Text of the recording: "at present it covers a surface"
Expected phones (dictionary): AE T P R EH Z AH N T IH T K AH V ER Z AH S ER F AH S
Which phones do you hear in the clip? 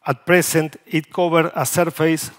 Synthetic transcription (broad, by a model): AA T P R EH S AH N T IH T K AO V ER AH S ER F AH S